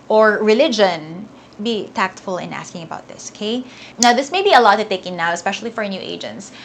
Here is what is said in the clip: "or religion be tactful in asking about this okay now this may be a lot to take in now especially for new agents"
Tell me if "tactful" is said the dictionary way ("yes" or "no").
yes